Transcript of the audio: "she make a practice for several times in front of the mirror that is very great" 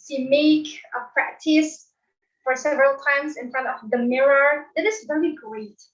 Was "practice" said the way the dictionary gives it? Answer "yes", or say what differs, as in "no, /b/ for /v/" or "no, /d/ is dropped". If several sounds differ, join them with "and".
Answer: yes